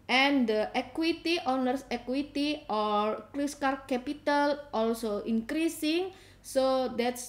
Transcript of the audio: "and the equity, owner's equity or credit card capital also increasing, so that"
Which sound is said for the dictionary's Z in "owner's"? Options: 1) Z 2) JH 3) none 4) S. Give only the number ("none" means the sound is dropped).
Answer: 4